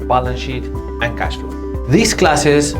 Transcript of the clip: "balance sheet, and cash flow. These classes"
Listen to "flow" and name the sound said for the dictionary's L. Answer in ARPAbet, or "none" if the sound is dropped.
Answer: none